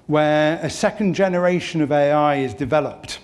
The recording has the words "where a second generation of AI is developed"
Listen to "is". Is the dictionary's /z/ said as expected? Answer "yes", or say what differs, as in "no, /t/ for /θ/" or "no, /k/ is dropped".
yes